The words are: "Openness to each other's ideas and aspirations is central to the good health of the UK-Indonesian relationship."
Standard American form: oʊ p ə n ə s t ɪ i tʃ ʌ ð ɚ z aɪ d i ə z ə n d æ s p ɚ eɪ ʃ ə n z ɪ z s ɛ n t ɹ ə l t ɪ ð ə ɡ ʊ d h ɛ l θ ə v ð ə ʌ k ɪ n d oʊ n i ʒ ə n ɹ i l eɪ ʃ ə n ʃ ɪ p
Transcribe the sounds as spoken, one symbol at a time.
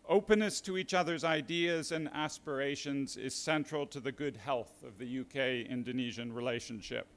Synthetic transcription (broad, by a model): oʊ p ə n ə s t ɪ i tʃ ʌ ð ɚ z aɪ d i ə z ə n æ s p ɚ eɪ ʃ ə n z ɪ z s ɛ n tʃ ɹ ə l t ɪ ð ə ɡ ʊ d h ɛ l θ ə v ð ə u k ɪ n d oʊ n i ʒ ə n ɹ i l eɪ ʃ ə n ʃ ɪ p